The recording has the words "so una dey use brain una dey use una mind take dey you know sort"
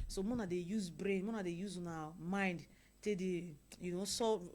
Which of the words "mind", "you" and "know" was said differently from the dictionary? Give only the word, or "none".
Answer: none